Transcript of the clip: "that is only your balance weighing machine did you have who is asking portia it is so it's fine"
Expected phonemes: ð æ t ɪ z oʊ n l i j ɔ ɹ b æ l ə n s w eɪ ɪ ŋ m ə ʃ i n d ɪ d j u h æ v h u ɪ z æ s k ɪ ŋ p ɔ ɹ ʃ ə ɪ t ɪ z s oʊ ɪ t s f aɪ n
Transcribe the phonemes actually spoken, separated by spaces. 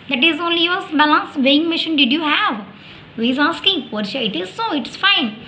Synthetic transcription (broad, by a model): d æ t ɪ z oʊ n l i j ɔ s b æ l ə n s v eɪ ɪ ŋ m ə ʃ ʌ n d ɪ d j u h æ v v ɪ z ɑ s k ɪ ŋ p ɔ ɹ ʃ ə ɪ t ɪ z s oʊ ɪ t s f aɪ n